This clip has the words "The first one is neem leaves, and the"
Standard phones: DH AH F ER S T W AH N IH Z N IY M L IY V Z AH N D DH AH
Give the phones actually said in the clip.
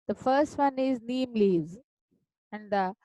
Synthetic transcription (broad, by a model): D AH F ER S T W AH N IH Z N IY M L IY Z AH N D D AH